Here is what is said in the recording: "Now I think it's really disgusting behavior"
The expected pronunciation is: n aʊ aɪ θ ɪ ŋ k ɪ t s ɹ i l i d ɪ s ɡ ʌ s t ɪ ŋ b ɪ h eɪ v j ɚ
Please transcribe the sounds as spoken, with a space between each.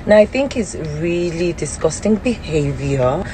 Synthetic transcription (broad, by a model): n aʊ aɪ θ ɪ ŋ k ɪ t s ɹ i l i d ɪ s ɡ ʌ s t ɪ ŋ b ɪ h eɪ v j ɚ